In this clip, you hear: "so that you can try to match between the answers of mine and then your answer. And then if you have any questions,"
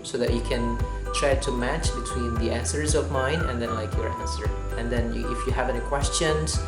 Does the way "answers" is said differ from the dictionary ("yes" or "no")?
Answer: no